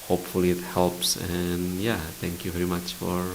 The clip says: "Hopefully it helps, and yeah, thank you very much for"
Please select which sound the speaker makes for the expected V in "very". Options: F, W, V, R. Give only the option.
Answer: V